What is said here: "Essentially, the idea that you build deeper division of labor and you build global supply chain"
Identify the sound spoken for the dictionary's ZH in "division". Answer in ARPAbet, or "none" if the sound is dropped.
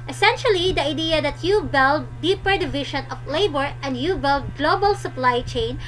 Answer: SH